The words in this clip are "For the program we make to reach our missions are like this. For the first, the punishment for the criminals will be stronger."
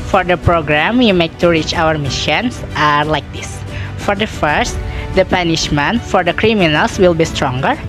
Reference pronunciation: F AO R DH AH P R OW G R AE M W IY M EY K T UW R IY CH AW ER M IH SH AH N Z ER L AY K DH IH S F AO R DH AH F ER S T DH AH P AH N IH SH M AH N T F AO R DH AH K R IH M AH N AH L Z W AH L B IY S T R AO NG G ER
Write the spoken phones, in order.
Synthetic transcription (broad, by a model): F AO R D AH P R OW G R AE M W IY M EY K T UW R IY CH AW ER M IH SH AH N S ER L AY K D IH S F AO R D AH F ER S T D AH P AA N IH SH M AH N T F AO R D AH K R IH M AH N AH L S W AH L B IY S T R AO NG G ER